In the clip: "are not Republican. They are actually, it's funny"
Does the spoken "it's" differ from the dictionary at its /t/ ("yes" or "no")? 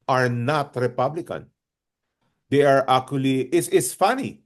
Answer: yes